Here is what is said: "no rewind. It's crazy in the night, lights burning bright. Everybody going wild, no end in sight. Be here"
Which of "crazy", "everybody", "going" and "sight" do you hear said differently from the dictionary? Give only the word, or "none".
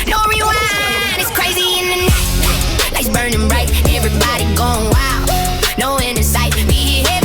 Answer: none